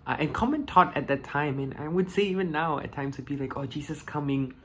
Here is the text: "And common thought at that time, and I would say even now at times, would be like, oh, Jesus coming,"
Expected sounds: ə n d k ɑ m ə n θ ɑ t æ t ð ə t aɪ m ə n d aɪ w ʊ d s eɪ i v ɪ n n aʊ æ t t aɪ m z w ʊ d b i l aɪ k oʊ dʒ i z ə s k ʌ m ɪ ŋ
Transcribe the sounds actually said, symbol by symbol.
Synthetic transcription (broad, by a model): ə n k ɑ m ə n t ɑ t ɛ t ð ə t aɪ m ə n aɪ w ʊ d s eɪ i v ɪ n n aʊ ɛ t t aɪ m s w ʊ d b i l aɪ k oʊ dʒ i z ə s k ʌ m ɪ ŋ